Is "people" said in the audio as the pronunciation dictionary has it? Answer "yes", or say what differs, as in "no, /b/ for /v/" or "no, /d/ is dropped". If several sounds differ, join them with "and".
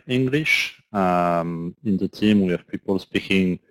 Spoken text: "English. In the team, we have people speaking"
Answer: yes